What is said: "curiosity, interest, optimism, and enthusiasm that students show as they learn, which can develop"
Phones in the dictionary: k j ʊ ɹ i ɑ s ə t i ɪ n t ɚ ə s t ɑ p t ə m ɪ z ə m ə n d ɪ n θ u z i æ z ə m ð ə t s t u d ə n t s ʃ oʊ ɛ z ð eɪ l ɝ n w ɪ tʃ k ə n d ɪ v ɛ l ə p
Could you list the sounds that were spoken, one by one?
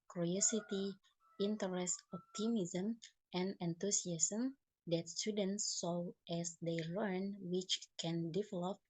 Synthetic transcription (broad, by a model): k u ɹ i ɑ s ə t i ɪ n t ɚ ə s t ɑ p t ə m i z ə m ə n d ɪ n t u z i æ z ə m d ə t s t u d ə n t s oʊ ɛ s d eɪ l ɝ n w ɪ tʃ k ə n d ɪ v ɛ l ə p